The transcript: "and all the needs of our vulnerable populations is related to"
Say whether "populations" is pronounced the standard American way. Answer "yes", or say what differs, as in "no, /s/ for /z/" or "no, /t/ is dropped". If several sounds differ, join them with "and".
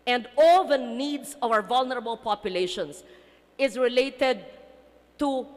no, /s/ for /z/